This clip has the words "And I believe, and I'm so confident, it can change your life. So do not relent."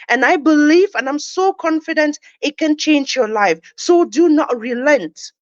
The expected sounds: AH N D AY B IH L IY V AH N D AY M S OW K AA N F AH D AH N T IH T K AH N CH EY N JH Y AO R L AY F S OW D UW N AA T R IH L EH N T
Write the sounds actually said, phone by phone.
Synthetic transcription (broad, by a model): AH N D AY B IH L IY V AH N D AY M S OW K AA N F AH D AH N T IH T K AH N CH EY N JH Y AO L AY F S OW D UW N AA T R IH L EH N T